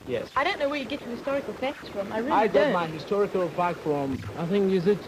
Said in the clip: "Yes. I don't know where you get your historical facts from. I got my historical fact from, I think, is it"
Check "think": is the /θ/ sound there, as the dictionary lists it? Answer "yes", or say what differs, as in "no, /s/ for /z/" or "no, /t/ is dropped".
yes